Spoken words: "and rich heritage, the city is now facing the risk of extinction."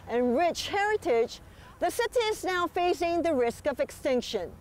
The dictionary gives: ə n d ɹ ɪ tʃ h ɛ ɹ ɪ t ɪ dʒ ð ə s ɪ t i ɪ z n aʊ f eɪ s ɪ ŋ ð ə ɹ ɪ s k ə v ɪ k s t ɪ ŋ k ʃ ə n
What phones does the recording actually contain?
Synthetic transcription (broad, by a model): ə n ɹ ɪ tʃ h ɛ ɹ ɪ t ɪ dʒ ð ə s ɪ t i ɪ z n aʊ f eɪ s ɪ ŋ ð ə ɹ ɪ s k ə v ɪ k s t ɪ ŋ k ʃ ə n